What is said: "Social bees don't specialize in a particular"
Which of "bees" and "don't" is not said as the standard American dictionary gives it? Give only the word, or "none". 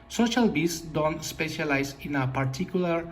bees